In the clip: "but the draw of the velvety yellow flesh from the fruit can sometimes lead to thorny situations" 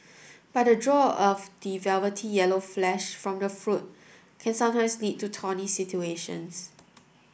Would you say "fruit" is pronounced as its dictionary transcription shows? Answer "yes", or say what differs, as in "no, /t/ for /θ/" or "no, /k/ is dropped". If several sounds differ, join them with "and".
yes